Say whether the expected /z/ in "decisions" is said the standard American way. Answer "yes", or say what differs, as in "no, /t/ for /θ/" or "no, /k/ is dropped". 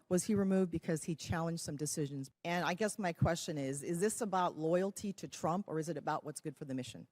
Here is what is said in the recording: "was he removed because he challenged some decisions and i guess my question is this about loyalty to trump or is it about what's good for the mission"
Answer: yes